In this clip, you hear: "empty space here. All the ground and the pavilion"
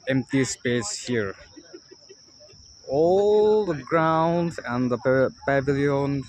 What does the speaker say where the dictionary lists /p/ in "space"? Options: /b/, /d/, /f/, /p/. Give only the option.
/p/